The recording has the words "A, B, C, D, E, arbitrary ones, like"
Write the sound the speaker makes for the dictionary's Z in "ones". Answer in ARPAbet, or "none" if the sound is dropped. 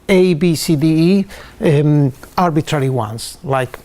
S